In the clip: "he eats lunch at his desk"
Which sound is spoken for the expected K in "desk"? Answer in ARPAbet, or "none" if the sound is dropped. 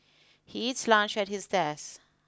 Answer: none